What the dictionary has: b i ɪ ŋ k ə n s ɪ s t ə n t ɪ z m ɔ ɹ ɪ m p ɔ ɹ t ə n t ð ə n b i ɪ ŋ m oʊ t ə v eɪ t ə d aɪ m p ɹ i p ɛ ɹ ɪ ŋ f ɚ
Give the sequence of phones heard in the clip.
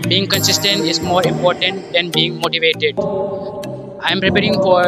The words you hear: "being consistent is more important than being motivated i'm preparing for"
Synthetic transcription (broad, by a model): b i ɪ ŋ k ə n s ɪ s t ə n t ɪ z m ɔ ɹ ɪ m p ɔ ɹ t ə n t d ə n b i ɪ ŋ m oʊ t ə v eɪ t ə d aɪ m p ɹ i p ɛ ɹ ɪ ŋ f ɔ